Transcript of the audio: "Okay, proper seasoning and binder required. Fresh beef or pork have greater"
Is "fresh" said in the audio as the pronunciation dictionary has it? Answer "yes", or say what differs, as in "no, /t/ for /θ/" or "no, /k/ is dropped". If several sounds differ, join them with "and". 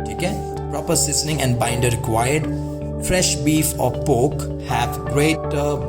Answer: yes